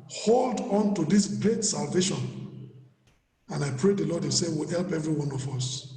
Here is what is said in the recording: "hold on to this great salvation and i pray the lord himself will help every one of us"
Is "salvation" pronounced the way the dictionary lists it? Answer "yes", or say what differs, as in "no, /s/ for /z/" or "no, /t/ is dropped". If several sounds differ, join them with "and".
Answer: yes